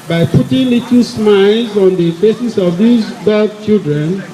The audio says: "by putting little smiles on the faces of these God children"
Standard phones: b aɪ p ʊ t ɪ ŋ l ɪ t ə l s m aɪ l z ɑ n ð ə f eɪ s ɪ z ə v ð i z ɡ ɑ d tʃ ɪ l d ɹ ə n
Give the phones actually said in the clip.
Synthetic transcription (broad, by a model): b aɪ p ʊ t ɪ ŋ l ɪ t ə s m aɪ l z ɑ n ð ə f eɪ s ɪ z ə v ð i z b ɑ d tʃ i l d ɹ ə n